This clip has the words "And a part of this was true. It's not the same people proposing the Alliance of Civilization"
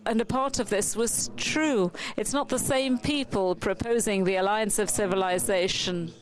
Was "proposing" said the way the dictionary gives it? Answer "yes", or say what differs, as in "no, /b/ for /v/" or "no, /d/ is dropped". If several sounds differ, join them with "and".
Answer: yes